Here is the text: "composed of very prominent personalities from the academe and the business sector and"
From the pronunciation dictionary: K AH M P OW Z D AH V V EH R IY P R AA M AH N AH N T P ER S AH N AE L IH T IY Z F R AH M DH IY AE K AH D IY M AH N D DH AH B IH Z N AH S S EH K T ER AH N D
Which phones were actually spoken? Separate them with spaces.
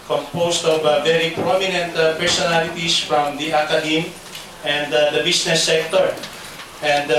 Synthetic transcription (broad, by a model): K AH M P OW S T AH V V EH R IY P R AA M AH N AH N T P ER S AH N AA L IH T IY S F R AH M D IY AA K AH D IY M AH N D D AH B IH S N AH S S EH K T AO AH N D